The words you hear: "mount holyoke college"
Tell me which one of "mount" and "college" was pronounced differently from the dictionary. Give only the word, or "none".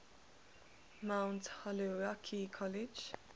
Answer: none